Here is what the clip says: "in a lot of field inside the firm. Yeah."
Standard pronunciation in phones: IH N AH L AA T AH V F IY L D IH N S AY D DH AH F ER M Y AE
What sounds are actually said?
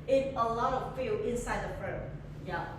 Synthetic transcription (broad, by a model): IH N AH L AA T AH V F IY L IH N S AY D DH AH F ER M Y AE